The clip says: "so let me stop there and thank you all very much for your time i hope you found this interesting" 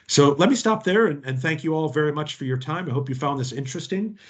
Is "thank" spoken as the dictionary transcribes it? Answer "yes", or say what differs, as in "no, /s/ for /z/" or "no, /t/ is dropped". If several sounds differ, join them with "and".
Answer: yes